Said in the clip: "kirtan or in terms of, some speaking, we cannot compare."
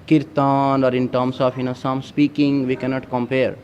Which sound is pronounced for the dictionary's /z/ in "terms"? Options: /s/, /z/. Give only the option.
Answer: /s/